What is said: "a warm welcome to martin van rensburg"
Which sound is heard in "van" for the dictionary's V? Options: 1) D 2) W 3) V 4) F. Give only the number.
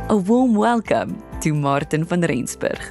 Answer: 4